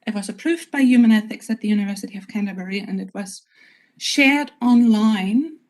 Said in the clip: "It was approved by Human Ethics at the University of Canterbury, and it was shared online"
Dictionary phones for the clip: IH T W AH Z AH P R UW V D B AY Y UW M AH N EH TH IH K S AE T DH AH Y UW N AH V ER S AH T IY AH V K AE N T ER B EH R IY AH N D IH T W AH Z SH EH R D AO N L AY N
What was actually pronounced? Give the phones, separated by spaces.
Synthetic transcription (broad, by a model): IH T W AH Z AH P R UW V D B AY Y UW M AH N EH TH IH K S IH T DH AH Y UW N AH V ER S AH T IY AH V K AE N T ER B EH R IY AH N IH T W AH Z SH EH R D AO N L AY N